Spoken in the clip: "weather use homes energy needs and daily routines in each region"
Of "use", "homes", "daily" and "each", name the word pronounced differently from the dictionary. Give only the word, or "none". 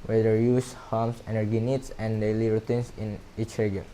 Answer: homes